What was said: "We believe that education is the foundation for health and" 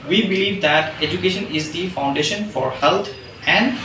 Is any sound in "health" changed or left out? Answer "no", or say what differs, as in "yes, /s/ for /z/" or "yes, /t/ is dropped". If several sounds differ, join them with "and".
yes, /t/ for /θ/